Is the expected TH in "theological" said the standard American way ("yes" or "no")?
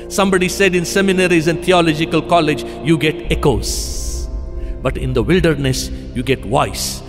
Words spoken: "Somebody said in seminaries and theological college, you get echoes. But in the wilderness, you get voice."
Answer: no